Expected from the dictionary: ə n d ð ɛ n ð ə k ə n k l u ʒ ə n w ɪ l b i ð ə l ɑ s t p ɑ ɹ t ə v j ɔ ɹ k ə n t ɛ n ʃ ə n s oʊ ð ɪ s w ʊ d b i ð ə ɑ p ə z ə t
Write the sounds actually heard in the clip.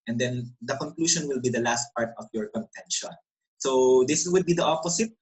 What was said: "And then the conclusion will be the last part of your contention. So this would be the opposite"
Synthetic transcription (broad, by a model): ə n d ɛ n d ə k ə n k l u ʃ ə n w ɪ l b i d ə l ɑ s t p ɑ ɹ t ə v j ɔ ɹ k ə n t ɛ n ʃ ə n s oʊ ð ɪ s w ʊ d b i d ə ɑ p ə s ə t